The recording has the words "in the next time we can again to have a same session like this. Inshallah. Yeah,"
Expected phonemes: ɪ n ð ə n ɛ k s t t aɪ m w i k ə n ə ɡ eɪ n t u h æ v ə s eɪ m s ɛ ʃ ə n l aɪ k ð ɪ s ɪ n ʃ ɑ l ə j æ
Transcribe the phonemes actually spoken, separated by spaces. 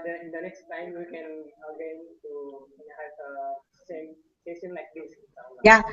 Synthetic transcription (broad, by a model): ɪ n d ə n ɛ k s t t aɪ m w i k ə n ə ɡ eɪ n t u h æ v ə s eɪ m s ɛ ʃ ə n l aɪ k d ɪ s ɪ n s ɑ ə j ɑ